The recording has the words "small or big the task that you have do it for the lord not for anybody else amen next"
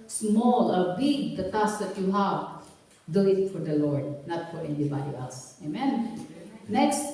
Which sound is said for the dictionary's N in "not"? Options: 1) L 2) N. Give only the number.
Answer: 2